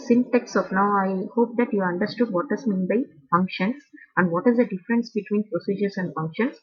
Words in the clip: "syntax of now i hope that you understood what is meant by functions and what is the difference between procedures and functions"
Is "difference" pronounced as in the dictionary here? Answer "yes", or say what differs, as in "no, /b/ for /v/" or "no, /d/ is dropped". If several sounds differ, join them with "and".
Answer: yes